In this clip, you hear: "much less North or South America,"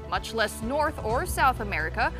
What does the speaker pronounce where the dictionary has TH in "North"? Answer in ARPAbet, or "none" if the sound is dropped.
TH